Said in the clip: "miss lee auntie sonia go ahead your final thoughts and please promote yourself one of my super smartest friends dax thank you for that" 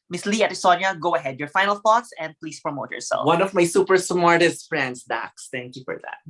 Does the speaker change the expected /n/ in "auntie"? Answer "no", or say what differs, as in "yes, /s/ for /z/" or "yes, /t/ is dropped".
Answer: yes, /n/ is dropped